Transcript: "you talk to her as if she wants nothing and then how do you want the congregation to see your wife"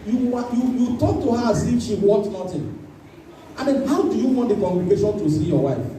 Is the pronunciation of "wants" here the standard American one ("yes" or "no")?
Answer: no